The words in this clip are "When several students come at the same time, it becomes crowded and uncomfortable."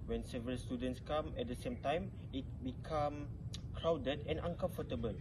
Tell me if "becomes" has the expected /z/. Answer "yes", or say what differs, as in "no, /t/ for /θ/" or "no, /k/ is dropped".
no, /z/ is dropped